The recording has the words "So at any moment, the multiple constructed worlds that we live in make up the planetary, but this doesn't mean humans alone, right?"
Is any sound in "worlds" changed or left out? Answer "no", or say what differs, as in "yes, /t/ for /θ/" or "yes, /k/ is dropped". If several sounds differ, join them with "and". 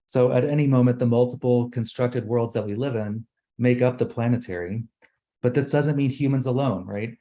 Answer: no